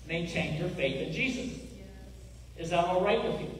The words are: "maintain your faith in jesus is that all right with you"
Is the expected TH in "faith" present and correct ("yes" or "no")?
yes